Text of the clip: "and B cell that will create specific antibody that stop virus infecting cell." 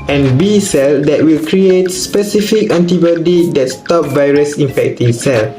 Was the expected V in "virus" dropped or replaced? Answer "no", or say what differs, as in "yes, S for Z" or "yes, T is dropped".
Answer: no